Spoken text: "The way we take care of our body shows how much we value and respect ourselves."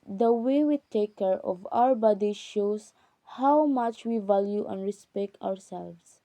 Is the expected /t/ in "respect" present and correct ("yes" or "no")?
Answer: yes